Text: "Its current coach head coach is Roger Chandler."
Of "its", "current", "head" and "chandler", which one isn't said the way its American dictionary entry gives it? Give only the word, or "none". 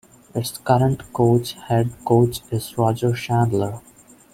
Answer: chandler